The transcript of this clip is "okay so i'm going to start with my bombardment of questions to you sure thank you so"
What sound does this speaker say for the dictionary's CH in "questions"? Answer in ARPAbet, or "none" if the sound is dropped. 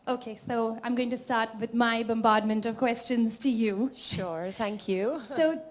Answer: CH